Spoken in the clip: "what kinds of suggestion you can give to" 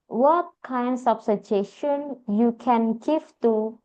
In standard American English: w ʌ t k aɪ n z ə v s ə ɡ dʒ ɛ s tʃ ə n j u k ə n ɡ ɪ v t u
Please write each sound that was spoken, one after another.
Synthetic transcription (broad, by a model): w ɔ t k aɪ n s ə f s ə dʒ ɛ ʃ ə n j u k ə n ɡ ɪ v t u